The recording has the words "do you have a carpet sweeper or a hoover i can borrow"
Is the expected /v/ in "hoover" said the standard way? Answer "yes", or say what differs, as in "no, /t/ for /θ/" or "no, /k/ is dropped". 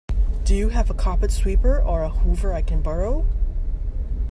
yes